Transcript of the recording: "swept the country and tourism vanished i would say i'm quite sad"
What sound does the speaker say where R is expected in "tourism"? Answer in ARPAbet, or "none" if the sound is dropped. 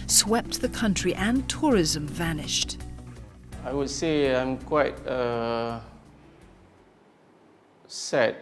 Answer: R